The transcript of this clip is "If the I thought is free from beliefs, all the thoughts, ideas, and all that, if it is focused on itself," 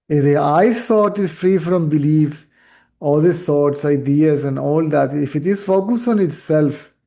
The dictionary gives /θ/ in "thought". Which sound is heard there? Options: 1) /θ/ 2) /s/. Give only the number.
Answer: 2